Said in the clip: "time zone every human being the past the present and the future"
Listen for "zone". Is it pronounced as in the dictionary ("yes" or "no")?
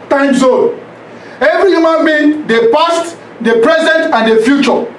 no